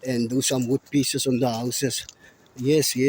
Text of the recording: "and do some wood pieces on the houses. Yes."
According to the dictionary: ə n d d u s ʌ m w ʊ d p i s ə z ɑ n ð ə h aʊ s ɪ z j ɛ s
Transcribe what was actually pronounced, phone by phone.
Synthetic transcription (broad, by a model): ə n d d u s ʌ m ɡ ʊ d p i s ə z ɑ n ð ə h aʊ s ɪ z j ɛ s